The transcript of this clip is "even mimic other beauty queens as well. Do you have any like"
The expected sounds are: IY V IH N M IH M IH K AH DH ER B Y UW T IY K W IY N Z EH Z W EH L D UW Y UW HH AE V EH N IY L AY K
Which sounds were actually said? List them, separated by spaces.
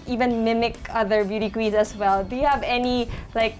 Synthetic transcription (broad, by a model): IY V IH N M IH M IH K AH DH ER B Y UW T IY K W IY Z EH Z W EH L D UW Y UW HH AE V EH N IY L AY K